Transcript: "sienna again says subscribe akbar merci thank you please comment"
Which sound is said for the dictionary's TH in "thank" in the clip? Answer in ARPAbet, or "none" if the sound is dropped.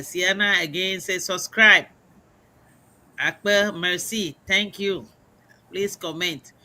T